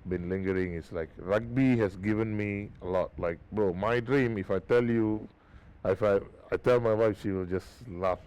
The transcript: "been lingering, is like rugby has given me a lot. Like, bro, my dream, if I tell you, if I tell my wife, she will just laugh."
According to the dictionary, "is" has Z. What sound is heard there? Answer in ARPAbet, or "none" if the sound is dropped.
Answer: S